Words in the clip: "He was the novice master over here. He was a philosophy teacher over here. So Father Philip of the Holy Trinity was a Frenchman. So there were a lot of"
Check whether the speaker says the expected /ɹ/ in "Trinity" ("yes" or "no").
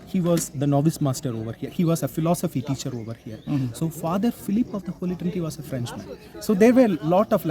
no